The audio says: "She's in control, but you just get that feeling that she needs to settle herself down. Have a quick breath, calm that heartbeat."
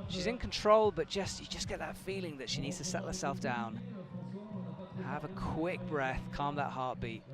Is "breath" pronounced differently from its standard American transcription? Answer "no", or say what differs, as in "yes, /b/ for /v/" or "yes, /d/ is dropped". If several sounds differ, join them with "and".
no